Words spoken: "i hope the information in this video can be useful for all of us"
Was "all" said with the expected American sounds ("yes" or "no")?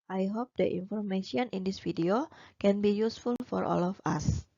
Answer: yes